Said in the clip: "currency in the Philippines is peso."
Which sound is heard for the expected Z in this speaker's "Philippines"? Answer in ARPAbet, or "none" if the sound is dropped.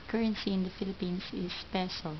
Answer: S